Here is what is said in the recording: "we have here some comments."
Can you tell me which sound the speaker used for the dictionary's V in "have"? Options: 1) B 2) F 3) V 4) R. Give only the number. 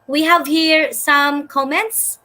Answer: 3